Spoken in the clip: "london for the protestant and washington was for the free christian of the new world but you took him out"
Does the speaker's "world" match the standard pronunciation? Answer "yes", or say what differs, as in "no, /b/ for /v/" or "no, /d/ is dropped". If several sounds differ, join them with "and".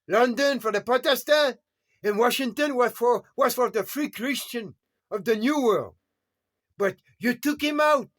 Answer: yes